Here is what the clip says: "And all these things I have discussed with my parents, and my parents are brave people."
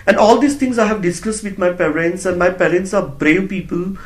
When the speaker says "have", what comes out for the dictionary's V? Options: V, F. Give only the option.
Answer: V